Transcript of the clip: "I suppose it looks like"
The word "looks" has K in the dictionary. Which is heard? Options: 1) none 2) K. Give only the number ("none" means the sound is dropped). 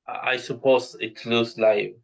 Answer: 1